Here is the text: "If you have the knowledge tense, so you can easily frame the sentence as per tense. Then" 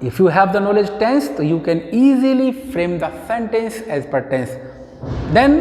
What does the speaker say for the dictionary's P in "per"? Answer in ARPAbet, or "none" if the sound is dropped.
P